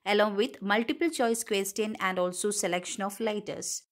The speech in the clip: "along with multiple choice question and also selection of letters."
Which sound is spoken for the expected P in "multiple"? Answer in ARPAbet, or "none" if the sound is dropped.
P